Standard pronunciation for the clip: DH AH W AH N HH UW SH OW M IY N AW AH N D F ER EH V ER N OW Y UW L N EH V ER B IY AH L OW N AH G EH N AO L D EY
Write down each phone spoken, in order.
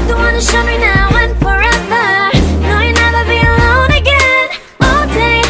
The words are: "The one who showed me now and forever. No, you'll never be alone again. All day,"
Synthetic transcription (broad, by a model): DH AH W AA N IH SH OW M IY N AW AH N F ER EH V ER N OW Y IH N EH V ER B IY AH L OW N AH G EH N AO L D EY